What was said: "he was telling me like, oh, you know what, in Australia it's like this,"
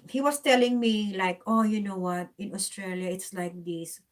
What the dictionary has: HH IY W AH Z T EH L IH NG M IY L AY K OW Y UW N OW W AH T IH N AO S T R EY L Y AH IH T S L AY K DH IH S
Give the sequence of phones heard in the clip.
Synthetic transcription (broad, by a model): HH IY W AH S T EH L IH NG M IY L AY K OW Y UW N OW W AH T IH N AO S T R EY L Y AH IH T S L AY K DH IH S